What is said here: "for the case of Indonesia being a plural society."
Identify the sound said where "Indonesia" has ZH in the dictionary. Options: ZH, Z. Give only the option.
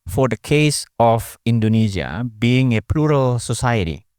Z